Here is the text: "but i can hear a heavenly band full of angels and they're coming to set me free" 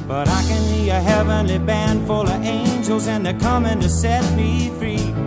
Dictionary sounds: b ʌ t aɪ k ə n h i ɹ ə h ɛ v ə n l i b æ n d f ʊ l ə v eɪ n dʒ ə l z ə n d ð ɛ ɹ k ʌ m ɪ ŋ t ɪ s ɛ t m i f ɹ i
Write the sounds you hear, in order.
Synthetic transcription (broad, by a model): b ʌ t aɪ k ə n i ə h ɛ v ə n l i b æ n d f ʊ l ə v eɪ n dʒ ə l z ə n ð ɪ k ʌ m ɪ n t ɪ s ɛ t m i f ɹ i